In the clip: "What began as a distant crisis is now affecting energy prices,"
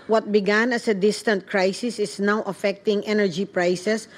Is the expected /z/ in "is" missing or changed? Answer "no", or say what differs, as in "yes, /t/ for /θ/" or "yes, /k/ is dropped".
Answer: yes, /s/ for /z/